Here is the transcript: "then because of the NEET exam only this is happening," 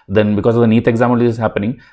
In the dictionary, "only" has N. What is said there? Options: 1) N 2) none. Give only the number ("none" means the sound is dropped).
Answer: 2